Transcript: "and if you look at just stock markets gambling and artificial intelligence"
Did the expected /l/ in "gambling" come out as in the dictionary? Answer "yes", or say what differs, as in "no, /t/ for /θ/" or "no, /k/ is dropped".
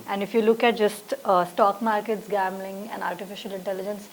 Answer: yes